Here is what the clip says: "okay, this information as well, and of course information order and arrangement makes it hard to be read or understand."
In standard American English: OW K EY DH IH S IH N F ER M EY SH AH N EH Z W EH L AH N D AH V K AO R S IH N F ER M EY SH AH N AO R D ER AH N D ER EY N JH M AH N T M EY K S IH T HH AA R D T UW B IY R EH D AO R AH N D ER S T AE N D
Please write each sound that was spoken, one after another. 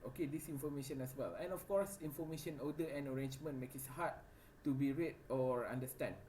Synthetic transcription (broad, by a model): OW K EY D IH S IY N F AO M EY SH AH N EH S W EH L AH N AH F K AO R S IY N F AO M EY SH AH N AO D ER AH N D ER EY N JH M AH N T M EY K IH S HH AA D T UW B IY R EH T AO R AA N D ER S T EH N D